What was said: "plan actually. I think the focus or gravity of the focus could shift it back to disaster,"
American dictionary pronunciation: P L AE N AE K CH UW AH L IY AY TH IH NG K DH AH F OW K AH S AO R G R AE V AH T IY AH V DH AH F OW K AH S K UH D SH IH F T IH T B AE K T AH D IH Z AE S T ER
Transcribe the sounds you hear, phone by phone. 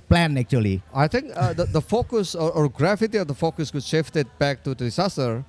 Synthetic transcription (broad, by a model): P L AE N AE K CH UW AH L IY AY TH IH NG K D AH F OW K AH S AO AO G R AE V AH T IY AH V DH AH F OW K AH S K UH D SH IH F T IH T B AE K T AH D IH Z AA S T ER